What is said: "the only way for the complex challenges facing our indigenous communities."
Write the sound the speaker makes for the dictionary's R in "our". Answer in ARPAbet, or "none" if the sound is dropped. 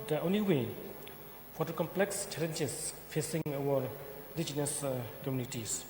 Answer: W